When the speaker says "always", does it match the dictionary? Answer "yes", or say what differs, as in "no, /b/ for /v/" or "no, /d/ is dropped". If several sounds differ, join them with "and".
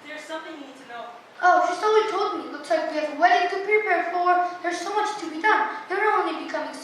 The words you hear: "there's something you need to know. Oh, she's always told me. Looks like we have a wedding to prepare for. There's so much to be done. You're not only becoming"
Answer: no, /z/ is dropped